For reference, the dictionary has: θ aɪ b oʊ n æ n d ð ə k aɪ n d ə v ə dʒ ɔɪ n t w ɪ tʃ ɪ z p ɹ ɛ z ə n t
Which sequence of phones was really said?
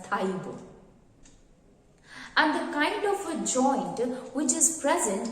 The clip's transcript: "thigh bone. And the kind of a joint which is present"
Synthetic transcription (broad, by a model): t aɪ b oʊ æ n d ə k aɪ n d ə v ə dʒ ɔɪ n t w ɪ tʃ ɪ z p ɹ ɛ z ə n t